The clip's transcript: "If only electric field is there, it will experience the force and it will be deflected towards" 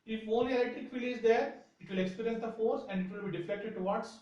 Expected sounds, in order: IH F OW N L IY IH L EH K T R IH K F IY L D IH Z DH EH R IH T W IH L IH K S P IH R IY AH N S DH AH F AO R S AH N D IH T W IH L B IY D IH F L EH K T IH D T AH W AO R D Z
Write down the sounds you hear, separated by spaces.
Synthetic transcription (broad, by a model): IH F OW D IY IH L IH T IH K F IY L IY IH Z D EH R IH T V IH L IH K S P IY R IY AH N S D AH F AO R S AH N D IH T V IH L B IY D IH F EH K T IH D T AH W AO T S